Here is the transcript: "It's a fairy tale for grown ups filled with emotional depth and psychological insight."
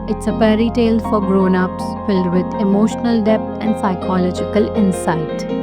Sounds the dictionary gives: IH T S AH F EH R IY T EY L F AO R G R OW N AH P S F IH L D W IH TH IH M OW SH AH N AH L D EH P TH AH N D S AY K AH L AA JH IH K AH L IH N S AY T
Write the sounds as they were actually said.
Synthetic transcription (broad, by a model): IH T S AH P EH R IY T EY L F AO R G R OW N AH P S F IH L D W IH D IH M OW SH AH N AH L D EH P T AH N D S AY K AH L AA JH IH K AH L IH N S AY T